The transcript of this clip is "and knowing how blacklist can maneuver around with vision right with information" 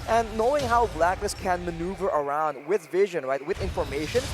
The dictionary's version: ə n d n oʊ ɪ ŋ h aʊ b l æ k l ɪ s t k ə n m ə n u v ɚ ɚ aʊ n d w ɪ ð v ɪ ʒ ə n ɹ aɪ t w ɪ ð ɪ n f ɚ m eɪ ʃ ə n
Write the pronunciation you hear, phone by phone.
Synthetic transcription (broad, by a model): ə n n oʊ ɪ ŋ h aʊ b l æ k n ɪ s k ə n m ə n u v ɚ ɚ aʊ n d w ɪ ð v ɪ ʒ ə n ɹ aɪ t w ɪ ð ɪ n f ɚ m eɪ ʃ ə n